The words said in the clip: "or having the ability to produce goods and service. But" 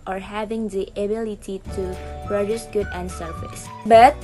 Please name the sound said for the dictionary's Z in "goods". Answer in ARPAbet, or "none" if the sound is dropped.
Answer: none